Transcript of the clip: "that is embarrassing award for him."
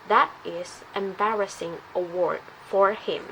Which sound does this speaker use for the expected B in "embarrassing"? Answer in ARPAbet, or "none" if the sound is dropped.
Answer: B